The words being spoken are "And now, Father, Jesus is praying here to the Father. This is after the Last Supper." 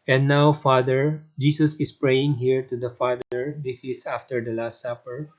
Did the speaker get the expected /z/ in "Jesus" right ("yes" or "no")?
no